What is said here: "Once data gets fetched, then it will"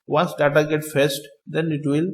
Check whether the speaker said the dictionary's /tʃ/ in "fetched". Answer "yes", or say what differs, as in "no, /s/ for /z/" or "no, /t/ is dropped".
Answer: no, /s/ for /tʃ/